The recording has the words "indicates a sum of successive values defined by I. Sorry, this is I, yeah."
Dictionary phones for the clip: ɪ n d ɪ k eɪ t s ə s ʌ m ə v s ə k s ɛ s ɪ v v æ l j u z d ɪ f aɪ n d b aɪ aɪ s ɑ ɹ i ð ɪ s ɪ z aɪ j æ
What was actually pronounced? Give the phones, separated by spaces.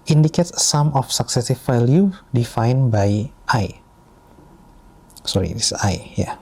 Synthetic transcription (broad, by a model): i n d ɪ k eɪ t s ə m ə f s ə k s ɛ s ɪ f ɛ l j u d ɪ f aɪ n b aɪ aɪ s ɑ ɹ i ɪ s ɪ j j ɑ